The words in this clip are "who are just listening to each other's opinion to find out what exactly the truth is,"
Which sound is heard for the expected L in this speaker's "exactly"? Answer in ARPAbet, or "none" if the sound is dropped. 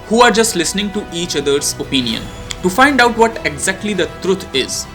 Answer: L